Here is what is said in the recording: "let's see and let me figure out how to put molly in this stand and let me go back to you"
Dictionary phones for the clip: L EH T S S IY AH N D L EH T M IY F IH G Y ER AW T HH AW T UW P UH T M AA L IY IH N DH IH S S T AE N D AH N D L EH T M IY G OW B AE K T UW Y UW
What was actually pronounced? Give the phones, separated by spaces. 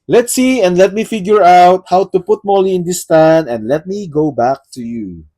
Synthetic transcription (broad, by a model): L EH T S S IY AH N D L EH T M IY F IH G Y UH AW T HH AW T UW P UH T M AA L IY IH N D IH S S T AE N AH N D L EH T M IY G OW B AE K T UW Y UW